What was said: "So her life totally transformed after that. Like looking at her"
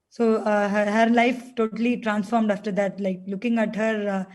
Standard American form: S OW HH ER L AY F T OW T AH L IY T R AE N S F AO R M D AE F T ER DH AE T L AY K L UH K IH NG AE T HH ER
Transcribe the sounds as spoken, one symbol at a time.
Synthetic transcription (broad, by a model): S OW HH ER L AY F T OW T AH L IY T R AE N S F AO R M D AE F T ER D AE T L AY K L UH K IH NG AE T HH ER